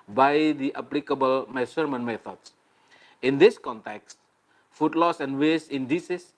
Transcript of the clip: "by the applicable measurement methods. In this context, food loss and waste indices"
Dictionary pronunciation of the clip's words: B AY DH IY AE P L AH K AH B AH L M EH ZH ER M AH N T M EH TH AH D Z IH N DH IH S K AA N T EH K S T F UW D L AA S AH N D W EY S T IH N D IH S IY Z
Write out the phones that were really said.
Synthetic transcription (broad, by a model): B AY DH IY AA P L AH K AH B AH L M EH S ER M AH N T M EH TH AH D S IH N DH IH S K AA N T EH K S T F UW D L AA S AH N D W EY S IH N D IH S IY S